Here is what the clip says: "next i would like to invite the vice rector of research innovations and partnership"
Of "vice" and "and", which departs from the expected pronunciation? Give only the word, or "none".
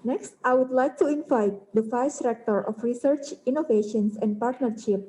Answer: vice